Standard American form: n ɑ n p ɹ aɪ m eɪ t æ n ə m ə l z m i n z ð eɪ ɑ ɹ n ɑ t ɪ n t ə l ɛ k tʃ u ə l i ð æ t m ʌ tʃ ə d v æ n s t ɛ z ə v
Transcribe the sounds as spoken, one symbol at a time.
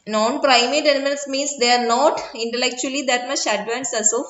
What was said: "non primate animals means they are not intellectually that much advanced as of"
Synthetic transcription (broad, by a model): n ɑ n p ɹ aɪ m eɪ t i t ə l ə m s m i n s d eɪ ɑ ɹ n ɑ t ɪ n t ə l ɛ k tʃ u ə l i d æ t m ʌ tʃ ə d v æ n s ɛ s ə